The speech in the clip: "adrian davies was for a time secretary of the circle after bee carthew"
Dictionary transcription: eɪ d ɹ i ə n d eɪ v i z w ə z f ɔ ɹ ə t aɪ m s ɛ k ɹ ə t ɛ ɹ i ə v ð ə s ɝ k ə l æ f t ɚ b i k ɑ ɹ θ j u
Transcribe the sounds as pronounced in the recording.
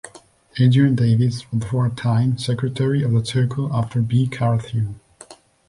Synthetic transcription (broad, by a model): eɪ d i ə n d eɪ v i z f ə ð f ɔ ɹ t aɪ m s ɛ k ɹ ə t ɛ ɹ i ə v ð ə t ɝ k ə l æ f t ɚ b i k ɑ ɹ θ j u